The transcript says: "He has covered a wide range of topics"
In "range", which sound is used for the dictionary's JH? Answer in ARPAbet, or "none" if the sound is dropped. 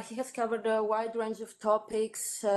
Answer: JH